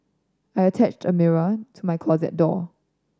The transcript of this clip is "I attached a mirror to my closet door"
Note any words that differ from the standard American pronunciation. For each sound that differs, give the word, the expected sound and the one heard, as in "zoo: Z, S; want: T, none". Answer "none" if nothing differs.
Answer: none